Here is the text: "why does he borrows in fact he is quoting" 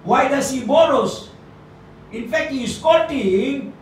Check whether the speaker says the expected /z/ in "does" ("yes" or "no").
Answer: no